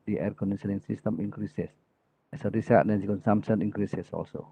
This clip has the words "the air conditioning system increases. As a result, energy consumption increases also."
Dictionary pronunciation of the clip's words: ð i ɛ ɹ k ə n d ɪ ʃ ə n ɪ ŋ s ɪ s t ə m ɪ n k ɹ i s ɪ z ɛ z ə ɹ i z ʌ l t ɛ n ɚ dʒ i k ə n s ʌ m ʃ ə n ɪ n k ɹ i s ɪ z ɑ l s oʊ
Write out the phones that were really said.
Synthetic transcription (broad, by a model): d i ɛ ɹ k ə n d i s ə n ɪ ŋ s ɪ s t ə m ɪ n k ɹ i s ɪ s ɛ s ə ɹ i s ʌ t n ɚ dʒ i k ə n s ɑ m s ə n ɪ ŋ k ɹ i s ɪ s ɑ l s oʊ